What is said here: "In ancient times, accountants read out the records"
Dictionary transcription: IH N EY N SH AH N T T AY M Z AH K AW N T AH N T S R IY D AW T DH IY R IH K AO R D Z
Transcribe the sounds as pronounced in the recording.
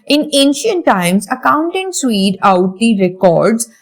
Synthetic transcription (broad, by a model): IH N EY N SH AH N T T AY M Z AH K AW N T AH N T S W IY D AW T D IY R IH K AO R D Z